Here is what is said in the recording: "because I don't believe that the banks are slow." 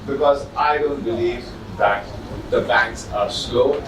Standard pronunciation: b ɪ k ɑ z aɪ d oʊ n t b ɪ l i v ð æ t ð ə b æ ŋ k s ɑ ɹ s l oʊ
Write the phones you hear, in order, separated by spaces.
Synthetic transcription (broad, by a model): b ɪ k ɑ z aɪ d oʊ n t b ɪ l i v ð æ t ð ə b æ ŋ k s ɑ ɹ s l oʊ